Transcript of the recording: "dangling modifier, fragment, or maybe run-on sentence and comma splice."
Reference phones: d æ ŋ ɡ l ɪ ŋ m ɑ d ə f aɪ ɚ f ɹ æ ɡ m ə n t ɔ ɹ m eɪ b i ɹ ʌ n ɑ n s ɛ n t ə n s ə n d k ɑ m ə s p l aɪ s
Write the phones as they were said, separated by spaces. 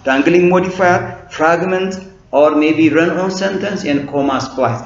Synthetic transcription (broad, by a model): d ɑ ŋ ɡ l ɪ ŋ m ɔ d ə f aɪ f ɹ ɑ ɡ m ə n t ɔ ɹ m eɪ b i ɹ ʌ n ɑ n s ɛ n t ə n s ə n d k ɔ m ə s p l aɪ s